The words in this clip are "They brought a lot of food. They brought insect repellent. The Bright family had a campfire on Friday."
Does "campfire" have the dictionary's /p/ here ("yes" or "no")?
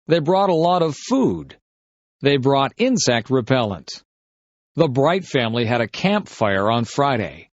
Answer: yes